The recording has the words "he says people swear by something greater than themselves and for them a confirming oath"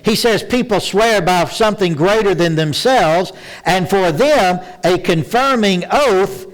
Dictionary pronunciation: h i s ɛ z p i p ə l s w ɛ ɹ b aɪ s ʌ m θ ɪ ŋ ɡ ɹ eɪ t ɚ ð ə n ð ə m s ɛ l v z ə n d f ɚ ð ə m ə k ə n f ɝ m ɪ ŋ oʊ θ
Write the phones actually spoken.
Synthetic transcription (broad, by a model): h i s ɛ z p i p l s w ɛ ɹ b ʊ s ʌ m θ ɪ ŋ ɡ ɹ eɪ t ɚ ð ə n ð ə m s ɛ l v z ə n f ɚ ð ə m ə k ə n f ɝ m ɪ ŋ oʊ θ